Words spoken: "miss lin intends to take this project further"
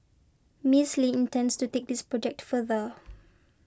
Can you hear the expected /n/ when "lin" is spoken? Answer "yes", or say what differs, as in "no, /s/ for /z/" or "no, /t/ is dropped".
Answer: no, /n/ is dropped